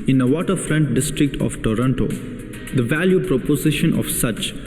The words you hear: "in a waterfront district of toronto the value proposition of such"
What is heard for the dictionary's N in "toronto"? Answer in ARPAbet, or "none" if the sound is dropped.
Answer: N